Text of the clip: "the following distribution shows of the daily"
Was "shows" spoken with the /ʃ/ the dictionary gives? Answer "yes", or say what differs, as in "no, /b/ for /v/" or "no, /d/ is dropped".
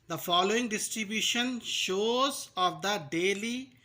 yes